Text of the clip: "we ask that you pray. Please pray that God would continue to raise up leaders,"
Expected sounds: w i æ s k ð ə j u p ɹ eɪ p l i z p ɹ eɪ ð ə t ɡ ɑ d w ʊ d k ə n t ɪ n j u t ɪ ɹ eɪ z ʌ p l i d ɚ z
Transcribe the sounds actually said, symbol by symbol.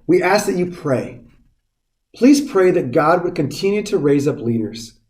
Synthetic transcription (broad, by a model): w i æ s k ð ə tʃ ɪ p ɹ eɪ p l i z p ɹ eɪ ð ə t ɡ ɑ d w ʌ d k ə n t ɪ n j u t ɪ ɹ eɪ z ʌ p l i d ɚ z